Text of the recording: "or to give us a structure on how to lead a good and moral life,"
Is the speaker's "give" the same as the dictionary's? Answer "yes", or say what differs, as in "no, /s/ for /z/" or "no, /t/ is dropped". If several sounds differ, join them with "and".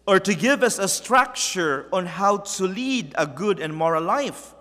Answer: yes